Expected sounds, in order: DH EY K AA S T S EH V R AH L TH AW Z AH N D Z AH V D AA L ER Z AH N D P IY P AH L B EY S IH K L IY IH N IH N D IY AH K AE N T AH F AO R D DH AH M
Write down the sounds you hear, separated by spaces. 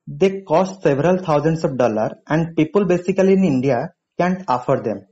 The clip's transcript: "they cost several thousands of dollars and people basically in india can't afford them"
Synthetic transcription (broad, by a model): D EY K AA S T S EH V R AH L T AW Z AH N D S AH V D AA L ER AH N D P IY P AH L B EY S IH K L IY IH N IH N D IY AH K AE N T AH F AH R D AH M